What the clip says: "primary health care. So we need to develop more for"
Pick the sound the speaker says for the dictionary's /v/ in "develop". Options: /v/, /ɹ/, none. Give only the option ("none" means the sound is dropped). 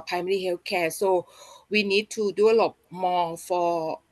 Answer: none